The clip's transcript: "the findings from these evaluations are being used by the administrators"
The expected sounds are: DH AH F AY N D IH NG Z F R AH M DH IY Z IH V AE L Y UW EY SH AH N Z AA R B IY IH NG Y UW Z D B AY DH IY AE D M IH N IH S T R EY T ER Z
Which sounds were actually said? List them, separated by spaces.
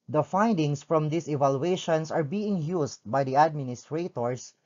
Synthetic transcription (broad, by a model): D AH F AY N D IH NG S F R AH M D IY S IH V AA L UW EY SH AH N S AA R B IY IH NG Y UW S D B AY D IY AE D M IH N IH S T R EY T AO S